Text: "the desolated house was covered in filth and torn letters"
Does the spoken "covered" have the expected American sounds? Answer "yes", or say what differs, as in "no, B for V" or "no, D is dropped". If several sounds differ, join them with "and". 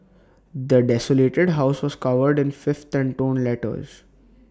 yes